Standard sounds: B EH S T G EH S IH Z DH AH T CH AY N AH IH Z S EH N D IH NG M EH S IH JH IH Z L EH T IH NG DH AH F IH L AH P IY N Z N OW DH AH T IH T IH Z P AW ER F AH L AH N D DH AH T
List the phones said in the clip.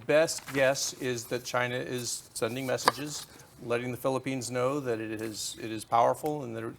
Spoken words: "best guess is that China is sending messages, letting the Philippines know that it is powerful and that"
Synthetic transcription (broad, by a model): B EH S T G EH S IH Z DH AH T CH AY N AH IH Z S EH N D IH NG M EH S IH JH IH Z L EH T IH NG DH AH F IH L AH P IY N Z N OW DH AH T IH T IH Z P AW ER F L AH N DH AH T